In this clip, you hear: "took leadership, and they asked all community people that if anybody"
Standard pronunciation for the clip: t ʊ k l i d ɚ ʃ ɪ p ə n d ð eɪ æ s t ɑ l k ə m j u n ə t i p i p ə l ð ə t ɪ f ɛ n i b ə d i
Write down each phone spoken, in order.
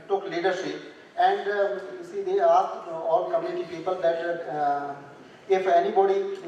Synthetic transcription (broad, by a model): t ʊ k l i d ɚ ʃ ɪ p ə n d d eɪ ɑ t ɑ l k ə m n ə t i p i p ə l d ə t ɪ f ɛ n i b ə d i